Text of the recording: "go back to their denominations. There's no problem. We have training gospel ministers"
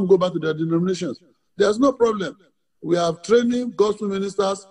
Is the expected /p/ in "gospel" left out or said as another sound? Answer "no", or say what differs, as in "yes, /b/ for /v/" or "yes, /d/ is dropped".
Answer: yes, /p/ is dropped